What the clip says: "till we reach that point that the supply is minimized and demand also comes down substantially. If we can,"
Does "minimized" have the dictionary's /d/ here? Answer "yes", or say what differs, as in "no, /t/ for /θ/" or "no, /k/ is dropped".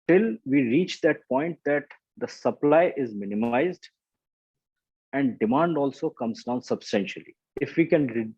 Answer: yes